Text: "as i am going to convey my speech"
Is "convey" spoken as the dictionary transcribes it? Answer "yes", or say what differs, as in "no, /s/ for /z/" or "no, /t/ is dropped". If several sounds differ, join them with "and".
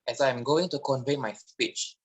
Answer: yes